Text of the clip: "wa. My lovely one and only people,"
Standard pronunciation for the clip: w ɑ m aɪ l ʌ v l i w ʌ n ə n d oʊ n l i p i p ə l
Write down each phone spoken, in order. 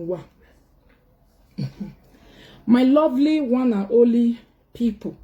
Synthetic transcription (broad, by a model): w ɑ m aɪ l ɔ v l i w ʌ n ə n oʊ l i p i p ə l